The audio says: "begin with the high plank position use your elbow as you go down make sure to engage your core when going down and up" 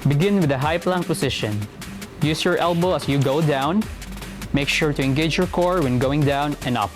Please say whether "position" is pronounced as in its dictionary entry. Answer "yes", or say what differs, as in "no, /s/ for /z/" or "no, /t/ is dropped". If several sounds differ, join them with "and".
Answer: no, /s/ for /z/